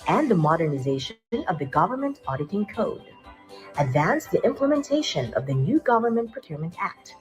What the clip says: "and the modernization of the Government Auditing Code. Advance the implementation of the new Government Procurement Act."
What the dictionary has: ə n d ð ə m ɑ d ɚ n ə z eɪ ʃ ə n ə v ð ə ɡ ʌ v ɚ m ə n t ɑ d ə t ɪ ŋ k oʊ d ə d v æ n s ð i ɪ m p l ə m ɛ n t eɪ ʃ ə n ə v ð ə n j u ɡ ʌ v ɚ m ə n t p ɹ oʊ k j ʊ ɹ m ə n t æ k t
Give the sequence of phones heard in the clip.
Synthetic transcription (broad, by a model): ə n ð ə m ɑ d ɚ n ə z eɪ ʃ ə n ə v ð ə ɡ ʌ v ɚ m ə n t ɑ d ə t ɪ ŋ k oʊ d ə d v æ n s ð i ɪ m p l ə m ɛ n t eɪ ʃ ə n ə v ð ə n j u ɡ ʌ v ɚ m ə n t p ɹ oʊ k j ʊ ɹ m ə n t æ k t